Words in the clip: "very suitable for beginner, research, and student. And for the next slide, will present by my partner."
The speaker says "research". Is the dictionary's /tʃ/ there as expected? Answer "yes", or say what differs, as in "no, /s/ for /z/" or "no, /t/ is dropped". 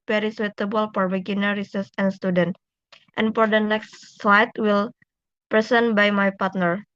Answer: no, /s/ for /tʃ/